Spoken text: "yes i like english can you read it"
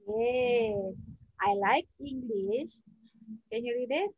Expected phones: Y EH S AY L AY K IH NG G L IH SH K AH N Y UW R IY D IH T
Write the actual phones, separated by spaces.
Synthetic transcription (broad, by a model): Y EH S AY L AY K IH NG G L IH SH K AH N Y UW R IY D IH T